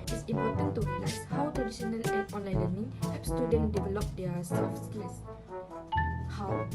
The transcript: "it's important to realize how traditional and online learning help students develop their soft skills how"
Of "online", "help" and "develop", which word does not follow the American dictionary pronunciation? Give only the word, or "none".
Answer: help